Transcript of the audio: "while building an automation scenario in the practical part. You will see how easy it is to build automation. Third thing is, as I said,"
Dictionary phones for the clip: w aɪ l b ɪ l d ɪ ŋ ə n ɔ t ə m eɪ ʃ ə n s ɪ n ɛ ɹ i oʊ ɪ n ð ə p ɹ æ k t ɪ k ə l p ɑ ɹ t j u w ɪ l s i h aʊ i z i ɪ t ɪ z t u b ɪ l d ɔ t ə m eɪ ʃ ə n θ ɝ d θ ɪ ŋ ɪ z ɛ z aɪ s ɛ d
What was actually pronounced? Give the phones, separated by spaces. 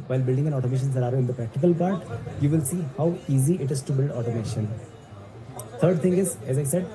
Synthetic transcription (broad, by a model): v aɪ l b ɪ l d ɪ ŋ ə n ɔ t ə m eɪ ʃ ə n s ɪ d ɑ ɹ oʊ ɪ n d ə p ɹ æ k t ɪ k ə l p ɑ ɹ t j u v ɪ l s i h aʊ i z i ɪ t ɪ z t u b ɪ l d ɔ t ə m eɪ ʃ ə n t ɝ d t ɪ ŋ ɪ z ɛ z aɪ s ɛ d